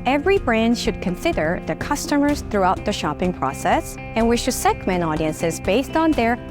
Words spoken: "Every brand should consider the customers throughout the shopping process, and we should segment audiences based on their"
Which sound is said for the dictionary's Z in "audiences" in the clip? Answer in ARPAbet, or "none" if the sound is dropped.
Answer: Z